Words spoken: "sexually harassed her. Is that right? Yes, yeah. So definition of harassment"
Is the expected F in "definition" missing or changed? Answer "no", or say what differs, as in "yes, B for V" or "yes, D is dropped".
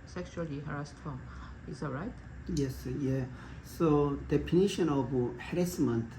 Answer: yes, P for F